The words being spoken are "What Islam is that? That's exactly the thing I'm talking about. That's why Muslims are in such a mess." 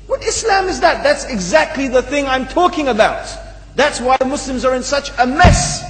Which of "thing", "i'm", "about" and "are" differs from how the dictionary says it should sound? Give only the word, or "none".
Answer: none